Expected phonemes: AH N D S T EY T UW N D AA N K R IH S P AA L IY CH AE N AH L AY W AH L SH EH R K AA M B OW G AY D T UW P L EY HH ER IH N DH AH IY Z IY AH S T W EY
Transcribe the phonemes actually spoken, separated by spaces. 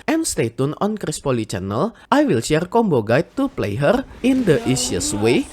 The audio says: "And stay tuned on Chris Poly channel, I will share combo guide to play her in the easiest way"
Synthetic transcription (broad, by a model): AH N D S T EY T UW N AA N K R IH S P AA L IY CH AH N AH L AY W AH L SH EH R K AA M B OW G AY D T UW P L EY HH ER IH N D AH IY S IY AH S W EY